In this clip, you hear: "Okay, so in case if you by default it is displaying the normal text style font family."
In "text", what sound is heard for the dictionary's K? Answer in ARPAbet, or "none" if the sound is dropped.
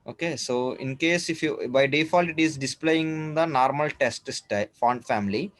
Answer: none